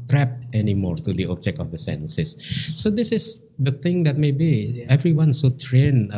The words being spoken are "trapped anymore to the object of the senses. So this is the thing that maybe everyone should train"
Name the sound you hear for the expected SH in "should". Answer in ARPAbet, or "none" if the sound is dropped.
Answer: S